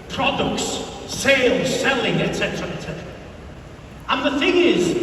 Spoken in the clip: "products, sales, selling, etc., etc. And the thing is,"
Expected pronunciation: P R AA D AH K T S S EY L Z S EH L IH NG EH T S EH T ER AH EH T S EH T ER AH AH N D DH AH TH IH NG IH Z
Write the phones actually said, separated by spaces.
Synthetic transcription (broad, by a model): P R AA D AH K T S S EY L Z S EH L IH NG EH T S EH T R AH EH T S EH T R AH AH N DH AH TH IH NG IH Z